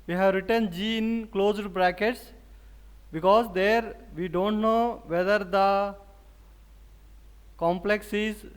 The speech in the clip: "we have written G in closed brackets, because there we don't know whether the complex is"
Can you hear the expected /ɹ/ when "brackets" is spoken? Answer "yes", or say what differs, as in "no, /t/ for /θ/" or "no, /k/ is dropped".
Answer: yes